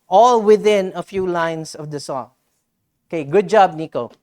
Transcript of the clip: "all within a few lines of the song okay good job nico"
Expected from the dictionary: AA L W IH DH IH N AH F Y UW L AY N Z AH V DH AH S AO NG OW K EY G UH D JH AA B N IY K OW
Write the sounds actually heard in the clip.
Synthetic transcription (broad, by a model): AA L W IH DH IH N AH F Y UW L AY N S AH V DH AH S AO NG OW K EY G UH D JH AA B N IY K OW